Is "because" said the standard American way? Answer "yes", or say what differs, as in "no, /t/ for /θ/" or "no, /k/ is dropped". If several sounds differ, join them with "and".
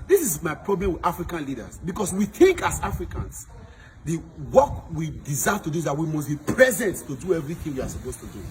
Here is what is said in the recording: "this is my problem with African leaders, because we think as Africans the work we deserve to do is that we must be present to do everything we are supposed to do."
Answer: no, /s/ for /z/